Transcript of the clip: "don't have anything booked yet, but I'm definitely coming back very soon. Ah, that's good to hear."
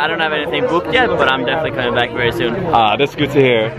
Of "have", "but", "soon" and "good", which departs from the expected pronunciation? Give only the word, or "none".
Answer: none